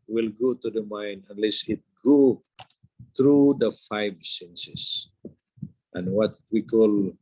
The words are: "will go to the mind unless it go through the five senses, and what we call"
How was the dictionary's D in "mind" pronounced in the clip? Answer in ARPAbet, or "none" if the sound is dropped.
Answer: none